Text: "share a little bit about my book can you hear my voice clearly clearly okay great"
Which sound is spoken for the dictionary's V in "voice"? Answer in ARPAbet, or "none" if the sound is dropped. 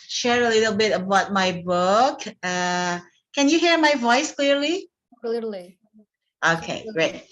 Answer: V